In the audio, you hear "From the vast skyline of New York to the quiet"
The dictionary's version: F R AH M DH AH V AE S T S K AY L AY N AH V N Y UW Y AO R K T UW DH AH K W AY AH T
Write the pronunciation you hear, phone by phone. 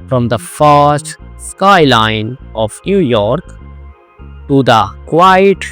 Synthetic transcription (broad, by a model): F R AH M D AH F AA S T S K AY L AY N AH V N Y UW Y AO R K T UW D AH K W AY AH T